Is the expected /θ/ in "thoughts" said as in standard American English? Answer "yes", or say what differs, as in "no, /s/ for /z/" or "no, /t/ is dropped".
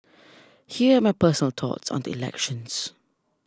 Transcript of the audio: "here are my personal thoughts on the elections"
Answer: no, /t/ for /θ/